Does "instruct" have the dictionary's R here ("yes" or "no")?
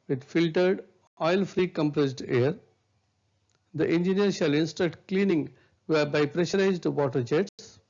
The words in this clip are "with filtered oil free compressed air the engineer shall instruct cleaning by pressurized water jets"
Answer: no